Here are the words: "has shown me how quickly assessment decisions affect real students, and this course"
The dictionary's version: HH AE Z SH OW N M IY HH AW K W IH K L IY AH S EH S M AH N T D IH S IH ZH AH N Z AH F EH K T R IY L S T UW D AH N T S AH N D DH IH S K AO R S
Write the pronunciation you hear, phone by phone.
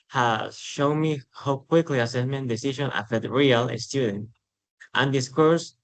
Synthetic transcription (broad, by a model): HH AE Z SH OW N M IY HH AW K W IH K L IY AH S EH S M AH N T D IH S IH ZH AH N AH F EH T R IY L S T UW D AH N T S AH N D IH S K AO R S